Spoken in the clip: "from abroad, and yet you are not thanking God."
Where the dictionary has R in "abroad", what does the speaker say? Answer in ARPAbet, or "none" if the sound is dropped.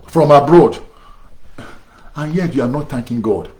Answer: R